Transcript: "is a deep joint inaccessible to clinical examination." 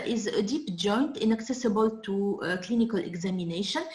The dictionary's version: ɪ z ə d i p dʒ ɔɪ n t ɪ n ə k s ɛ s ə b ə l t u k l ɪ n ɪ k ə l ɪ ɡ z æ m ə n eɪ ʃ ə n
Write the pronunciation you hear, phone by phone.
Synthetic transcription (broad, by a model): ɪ z ə d i p dʒ ɔɪ n t ɪ n ə k s ɛ s ə b ə l t u k l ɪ n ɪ k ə l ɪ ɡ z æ m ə n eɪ ʃ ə n